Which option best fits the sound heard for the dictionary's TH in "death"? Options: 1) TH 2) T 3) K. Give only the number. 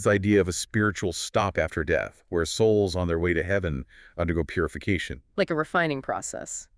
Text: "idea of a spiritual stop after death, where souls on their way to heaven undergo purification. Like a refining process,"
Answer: 1